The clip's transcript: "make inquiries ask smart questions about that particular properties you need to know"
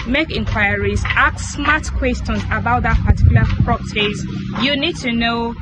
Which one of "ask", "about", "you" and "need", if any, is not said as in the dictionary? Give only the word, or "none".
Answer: ask